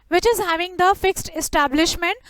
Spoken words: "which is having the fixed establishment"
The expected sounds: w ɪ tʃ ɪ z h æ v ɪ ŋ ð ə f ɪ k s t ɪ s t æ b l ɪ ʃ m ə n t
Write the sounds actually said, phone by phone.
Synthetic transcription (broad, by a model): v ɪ tʃ ɪ z h æ v ɪ ŋ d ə f ɪ k s t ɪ s t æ b l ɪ ʃ m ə n t